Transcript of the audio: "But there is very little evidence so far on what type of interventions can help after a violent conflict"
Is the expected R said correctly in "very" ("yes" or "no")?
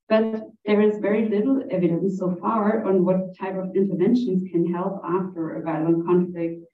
yes